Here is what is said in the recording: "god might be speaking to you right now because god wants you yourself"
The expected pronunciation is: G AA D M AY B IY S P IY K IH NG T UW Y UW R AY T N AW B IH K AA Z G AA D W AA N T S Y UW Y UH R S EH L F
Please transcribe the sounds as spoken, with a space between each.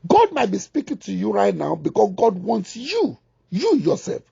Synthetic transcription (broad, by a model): G AA D M AY B IY S P IY K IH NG T UW Y UW R AY T N AW B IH K AA S G AA D W AA N T S Y UW Y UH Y S EH L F